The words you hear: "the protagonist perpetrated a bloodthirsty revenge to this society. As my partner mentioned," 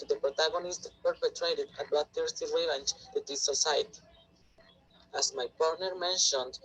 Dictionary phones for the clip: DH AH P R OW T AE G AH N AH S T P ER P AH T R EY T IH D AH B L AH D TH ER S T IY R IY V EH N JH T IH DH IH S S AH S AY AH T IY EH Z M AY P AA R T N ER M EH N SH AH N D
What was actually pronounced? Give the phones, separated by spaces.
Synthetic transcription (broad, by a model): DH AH P R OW T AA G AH N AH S T P ER P AH T R EY T IH D AH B AA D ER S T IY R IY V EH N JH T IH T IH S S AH S AY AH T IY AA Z M AY P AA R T N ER M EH N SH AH N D